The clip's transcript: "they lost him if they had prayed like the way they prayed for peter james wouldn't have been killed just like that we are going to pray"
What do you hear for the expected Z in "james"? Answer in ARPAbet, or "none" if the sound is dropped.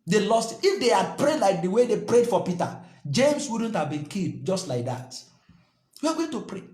S